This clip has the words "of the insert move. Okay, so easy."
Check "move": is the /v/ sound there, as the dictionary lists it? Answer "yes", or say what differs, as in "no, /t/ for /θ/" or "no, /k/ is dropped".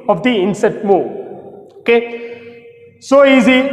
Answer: no, /v/ is dropped